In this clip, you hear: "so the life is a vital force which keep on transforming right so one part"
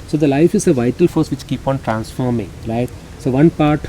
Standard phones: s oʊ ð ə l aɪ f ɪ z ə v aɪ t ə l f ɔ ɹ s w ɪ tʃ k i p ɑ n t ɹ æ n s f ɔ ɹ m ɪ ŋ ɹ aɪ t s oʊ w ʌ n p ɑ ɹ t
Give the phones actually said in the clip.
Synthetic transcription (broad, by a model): s oʊ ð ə l aɪ f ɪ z ə v aɪ t ə l f ɔ ɹ s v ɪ tʃ k i p ɑ n t ɹ æ n s f ɔ ɹ m ɪ ŋ ɹ aɪ t s oʊ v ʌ n p ɑ ɹ t